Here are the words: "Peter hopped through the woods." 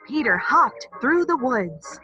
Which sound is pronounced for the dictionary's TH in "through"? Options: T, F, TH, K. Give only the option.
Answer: TH